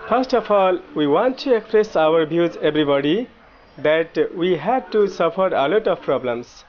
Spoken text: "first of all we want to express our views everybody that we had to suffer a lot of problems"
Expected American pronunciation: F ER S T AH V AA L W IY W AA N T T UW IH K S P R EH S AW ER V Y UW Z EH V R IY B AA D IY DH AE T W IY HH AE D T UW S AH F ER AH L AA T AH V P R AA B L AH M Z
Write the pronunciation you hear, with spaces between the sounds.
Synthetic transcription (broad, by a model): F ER S T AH F AA L W IY W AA N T T UW IH K S P R EH S AW ER B Y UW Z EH B R IY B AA D IY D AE T W IY HH AE D T UW S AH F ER AH L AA T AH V P R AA B L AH M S